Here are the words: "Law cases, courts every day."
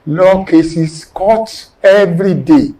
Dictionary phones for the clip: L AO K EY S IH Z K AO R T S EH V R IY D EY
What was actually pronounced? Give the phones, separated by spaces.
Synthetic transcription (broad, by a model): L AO K EY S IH S K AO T EH V R IY D EY